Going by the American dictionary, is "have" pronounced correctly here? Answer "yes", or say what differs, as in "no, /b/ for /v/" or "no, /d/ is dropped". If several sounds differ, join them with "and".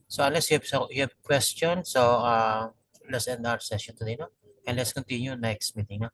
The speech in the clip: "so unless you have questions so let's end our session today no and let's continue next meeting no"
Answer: no, /b/ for /v/